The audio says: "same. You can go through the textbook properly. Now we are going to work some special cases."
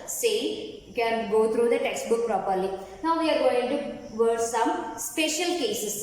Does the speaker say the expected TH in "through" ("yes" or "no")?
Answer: no